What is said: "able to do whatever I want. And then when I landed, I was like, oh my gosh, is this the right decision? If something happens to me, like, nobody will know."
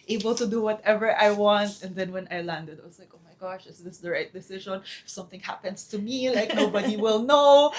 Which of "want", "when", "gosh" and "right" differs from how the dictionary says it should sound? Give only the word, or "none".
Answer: none